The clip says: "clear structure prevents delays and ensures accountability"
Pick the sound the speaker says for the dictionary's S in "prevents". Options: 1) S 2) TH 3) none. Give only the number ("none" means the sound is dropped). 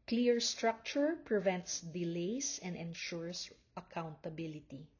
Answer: 1